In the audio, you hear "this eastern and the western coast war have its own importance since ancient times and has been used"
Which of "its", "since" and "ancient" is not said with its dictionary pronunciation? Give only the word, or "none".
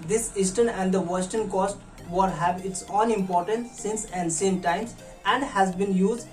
ancient